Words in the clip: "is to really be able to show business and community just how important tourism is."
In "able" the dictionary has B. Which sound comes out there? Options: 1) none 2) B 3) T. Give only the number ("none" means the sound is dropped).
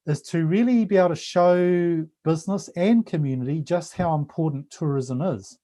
1